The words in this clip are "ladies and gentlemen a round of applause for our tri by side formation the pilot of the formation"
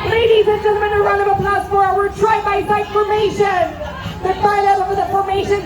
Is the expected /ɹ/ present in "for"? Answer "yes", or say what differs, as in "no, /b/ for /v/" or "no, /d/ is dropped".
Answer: no, /w/ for /ɹ/